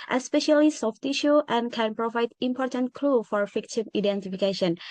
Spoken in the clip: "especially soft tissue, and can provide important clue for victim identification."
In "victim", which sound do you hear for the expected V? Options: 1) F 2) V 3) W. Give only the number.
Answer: 1